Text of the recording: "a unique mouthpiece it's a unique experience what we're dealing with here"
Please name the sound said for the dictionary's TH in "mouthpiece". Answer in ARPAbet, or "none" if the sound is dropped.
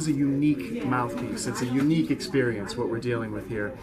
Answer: TH